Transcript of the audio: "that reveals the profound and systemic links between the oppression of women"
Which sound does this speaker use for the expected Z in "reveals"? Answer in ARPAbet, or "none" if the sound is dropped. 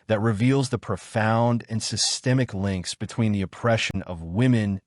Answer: Z